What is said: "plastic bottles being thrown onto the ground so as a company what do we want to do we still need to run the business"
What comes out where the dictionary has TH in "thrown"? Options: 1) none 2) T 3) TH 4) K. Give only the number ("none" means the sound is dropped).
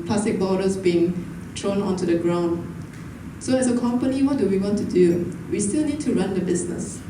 2